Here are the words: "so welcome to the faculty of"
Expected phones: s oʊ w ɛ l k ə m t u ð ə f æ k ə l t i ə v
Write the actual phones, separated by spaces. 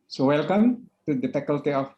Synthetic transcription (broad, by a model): s oʊ w ɛ l k ə m t u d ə p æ k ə l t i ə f